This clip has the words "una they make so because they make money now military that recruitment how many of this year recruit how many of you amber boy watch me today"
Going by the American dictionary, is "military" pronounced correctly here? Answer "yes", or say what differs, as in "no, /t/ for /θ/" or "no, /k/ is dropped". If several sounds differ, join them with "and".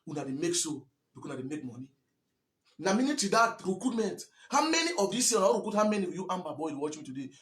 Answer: no, /n/ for /l/